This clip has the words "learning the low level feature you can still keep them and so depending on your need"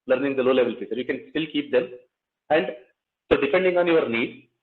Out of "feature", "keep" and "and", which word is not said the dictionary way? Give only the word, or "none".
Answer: feature